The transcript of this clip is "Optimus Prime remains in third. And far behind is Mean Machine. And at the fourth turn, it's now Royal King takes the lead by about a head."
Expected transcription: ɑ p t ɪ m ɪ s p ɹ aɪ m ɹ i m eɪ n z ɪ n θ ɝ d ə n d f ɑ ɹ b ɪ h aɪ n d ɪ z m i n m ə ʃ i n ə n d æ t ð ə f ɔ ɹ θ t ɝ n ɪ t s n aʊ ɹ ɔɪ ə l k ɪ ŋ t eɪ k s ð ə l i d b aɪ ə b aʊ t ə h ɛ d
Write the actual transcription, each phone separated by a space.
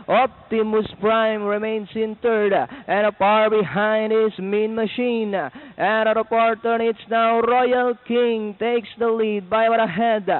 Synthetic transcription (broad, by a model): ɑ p t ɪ m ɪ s p ɹ aɪ m ɹ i m eɪ n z ɪ n t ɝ d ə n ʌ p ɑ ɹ b ɪ h aɪ n d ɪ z m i n m ə ʃ i n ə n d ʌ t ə p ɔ ɹ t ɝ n ɪ t s n aʊ ɹ ɔɪ ə l k ɪ ŋ t eɪ k s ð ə l i d b aɪ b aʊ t ə h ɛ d